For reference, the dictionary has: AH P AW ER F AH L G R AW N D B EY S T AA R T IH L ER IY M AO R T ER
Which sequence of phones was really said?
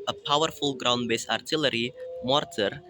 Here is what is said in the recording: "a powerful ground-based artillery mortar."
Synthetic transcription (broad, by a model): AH P AW ER F AH L G R AW N D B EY S AA R T IH L ER IY M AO R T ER